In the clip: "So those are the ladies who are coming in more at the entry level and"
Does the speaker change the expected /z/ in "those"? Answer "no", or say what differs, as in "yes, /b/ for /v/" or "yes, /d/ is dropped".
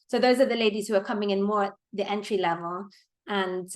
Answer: no